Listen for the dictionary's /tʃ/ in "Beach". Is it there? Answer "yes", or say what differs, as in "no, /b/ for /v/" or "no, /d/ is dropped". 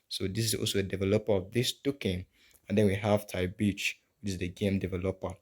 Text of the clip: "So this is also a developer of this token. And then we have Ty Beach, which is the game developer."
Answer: yes